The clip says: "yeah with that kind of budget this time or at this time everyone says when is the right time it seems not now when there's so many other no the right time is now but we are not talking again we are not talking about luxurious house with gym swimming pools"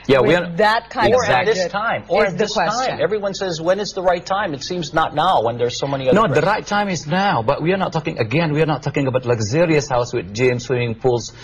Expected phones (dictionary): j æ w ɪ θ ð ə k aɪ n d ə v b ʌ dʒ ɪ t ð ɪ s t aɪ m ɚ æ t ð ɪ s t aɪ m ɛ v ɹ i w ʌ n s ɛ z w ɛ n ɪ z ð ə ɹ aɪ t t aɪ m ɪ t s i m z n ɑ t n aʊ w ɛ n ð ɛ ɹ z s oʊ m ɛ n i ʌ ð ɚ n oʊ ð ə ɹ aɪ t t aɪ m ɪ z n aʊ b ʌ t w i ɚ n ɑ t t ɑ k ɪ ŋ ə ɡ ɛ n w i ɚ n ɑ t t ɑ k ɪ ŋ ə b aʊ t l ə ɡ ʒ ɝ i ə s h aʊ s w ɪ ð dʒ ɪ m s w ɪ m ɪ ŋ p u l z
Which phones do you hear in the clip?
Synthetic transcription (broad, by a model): j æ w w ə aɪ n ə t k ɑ ɪ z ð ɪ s t aɪ m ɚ ð ɪ s aɪ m ɛ v ɹ i w ʌ n s ɛ z w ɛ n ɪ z ð ə ɹ aɪ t t aɪ m ɪ t s i m z n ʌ t n aʊ w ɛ n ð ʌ ɹ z s oʊ m ɛ n i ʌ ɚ n oʊ ð ə ɹ aɪ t t aɪ m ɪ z n aʊ b ʌ t w i ɚ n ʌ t t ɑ k ɪ ŋ ə ɡ ɛ n w i ɚ n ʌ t t ɑ k ɪ ŋ ə b aʊ t l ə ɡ z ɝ i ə s h aʊ s w ɪ ð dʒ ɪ m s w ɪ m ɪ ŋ p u l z